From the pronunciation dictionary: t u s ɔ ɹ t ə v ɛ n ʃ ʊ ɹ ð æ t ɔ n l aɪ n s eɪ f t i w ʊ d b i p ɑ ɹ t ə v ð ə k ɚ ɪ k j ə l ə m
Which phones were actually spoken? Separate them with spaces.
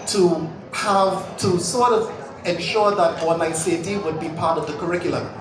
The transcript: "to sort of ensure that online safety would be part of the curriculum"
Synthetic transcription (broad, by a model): t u s ɔ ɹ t ə v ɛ n ʃ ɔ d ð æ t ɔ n aɪ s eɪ t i w ʊ d b i p ɑ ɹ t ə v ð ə k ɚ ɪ k j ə l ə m